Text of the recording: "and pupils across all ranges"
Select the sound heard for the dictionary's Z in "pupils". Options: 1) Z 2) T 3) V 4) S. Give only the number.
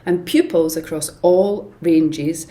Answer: 1